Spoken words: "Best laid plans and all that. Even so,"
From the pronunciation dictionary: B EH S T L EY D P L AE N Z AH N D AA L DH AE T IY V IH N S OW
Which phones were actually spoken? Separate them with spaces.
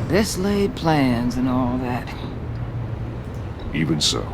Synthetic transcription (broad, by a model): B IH S L EY D P L AE N Z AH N AA L DH AE T IY V IH N S OW